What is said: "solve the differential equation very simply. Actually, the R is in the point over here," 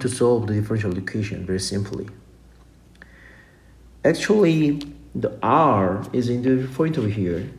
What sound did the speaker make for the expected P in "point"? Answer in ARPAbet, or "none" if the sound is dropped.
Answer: F